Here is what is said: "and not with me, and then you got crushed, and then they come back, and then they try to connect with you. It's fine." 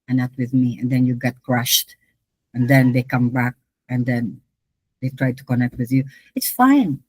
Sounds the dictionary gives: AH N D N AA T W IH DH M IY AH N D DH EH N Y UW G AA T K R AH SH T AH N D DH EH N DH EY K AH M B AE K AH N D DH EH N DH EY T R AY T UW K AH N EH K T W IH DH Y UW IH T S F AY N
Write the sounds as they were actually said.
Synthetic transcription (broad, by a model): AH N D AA T W IH DH M IY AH N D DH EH N Y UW G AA T K R AH SH T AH N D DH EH N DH EY K AH M B AE K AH N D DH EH N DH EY T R AY T UW K AH N EH K T W IH DH Y UW IH T S F AY N